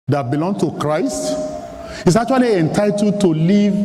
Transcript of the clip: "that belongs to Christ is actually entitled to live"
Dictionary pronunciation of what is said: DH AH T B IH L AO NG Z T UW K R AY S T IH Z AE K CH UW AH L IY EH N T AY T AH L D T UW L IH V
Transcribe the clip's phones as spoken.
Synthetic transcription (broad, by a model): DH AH T B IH L AO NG T UW K R AY S T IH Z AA K CH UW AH L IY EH N T AY T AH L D T UW L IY V